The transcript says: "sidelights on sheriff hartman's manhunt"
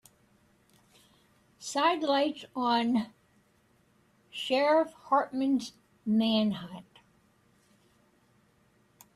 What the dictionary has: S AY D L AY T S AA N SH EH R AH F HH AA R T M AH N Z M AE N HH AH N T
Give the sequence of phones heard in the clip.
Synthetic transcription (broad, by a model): S AY D L AY T S N SH EH R AH F HH AA R T M AH N Z M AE N HH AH T